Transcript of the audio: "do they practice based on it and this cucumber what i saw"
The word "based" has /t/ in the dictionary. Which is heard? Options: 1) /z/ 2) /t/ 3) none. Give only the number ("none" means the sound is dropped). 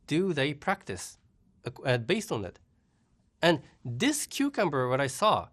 2